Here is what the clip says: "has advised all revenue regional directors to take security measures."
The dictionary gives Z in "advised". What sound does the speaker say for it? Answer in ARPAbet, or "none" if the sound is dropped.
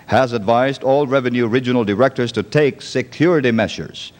Z